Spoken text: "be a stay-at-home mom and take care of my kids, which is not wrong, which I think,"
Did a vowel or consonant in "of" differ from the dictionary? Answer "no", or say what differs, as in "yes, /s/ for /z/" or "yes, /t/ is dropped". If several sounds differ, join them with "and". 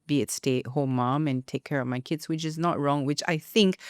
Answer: no